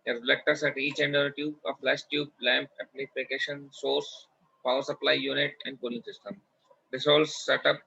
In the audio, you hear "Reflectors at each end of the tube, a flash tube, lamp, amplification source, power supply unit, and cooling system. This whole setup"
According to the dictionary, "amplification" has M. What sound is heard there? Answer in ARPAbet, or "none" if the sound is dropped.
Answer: none